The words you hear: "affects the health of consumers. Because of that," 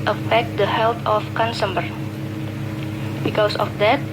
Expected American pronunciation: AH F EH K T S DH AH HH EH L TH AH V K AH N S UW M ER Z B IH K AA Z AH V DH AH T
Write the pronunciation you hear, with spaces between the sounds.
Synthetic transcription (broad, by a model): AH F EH K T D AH HH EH L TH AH F K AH N S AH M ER B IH K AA S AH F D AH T